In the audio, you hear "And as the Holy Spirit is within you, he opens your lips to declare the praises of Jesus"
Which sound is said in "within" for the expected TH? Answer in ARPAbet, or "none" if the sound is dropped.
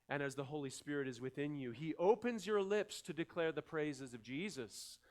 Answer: TH